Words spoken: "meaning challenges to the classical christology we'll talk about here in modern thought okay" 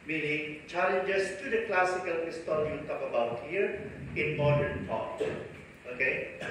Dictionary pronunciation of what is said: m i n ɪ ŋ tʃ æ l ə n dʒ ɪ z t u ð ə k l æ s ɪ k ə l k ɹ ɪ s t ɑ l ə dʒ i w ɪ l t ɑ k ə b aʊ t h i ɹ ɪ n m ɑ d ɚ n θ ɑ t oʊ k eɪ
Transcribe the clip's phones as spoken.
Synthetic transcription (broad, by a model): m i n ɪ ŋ tʃ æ l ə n dʒ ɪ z t u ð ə k l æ s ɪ k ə l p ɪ s t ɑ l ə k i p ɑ ə b aʊ t h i ɹ ɪ n m ɑ d ɚ n t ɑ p oʊ k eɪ